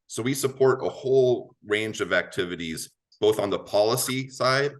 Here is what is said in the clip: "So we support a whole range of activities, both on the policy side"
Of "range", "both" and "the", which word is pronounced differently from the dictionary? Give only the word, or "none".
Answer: none